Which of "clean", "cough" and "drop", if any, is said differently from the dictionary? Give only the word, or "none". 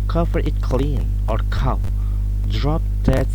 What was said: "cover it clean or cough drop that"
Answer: cough